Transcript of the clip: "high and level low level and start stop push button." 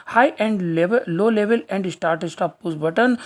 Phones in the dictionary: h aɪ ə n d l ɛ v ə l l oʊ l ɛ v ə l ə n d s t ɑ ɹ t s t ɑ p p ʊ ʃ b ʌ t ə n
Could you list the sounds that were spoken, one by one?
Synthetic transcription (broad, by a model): h aɪ ə n d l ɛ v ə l l oʊ l ɛ v ə l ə n d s t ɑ ɹ t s t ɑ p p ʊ s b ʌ t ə n